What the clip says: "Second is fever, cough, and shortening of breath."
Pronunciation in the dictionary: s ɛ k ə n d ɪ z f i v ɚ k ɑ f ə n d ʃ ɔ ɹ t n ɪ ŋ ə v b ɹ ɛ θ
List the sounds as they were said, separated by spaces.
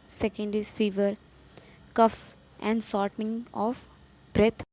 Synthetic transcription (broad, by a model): s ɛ k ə n d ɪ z f i v ɚ k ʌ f ə n d s ɔ ɹ t n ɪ ŋ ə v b ɹ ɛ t